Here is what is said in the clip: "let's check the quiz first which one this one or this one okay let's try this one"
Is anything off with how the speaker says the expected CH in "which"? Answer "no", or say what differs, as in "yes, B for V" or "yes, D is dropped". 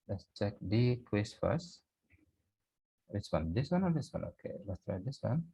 yes, S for CH